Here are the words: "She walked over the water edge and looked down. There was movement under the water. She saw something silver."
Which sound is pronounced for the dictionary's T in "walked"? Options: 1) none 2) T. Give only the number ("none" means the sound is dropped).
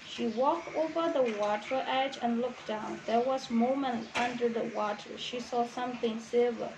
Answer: 2